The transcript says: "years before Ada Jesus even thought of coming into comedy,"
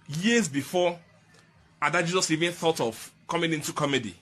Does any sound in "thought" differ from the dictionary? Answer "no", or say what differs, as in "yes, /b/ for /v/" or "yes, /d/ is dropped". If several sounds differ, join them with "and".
no